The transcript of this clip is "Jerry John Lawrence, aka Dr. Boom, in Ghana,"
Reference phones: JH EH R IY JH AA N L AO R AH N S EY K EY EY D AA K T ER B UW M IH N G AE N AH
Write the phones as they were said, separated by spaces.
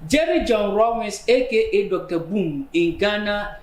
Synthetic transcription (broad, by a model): JH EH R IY JH AA N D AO W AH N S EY K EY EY D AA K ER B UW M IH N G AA N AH